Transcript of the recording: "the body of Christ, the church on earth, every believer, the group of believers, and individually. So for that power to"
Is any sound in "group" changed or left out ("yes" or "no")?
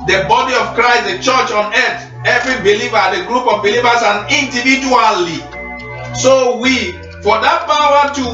no